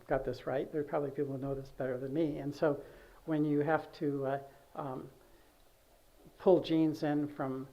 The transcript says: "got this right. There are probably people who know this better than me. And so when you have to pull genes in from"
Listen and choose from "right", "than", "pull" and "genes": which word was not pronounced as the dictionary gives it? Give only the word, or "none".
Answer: none